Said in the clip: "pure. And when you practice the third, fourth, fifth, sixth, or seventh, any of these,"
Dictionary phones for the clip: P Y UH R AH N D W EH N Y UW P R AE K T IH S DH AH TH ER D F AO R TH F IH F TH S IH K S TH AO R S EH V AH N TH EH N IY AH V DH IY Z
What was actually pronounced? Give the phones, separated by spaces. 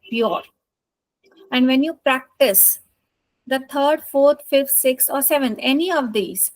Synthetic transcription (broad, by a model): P Y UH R AH N D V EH N Y UW P R AE K T IH S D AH T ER D F AO R T F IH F T S IH K S AO R S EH V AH N T EH N IY AH V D IY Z